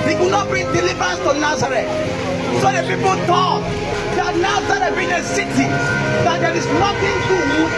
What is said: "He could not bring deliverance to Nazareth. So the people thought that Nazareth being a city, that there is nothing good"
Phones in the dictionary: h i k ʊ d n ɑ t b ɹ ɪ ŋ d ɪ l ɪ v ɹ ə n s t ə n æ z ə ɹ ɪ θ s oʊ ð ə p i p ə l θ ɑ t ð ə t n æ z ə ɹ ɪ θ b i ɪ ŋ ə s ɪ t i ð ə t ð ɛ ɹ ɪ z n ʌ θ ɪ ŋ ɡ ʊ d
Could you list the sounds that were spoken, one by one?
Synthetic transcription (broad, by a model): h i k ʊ n ɑ t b i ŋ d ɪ l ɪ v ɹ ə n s t ə n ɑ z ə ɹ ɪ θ s oʊ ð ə p i p ə l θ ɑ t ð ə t n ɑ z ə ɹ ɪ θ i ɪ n ə s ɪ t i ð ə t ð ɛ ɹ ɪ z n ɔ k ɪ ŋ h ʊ